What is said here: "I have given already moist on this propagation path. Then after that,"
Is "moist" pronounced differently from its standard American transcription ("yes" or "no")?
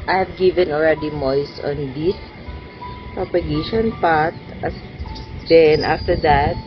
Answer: yes